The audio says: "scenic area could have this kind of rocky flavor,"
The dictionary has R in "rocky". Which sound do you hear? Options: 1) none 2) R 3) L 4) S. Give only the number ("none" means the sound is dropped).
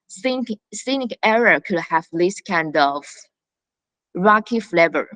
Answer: 2